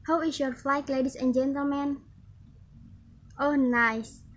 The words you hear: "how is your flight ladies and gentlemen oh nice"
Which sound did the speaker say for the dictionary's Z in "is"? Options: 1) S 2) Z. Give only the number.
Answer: 1